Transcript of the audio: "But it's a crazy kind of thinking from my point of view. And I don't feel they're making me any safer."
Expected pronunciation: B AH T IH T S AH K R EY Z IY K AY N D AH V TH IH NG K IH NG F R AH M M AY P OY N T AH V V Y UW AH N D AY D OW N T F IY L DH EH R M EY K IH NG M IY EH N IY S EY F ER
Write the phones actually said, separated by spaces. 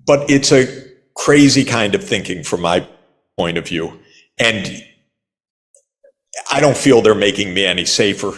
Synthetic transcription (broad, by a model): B AH T IH T S AH K R EY Z IY K AY N D AH V TH IH NG K IH NG F R AH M M AY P OY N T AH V V Y UW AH N AY D OW N T F IY L DH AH R M EY K IH NG M IY EH N IY S EY F ER